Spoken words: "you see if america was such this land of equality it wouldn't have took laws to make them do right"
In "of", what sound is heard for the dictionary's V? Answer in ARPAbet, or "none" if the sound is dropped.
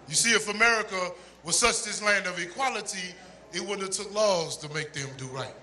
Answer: V